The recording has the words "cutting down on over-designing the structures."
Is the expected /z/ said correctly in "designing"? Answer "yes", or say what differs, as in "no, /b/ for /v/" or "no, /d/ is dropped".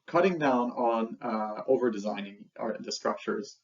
yes